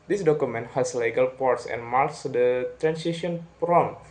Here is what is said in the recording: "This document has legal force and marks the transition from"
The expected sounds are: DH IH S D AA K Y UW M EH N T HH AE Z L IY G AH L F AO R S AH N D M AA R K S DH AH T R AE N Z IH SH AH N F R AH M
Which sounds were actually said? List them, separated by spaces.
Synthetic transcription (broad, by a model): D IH S D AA K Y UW M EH N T HH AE S L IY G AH L P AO R S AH N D M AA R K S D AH T R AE N S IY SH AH N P R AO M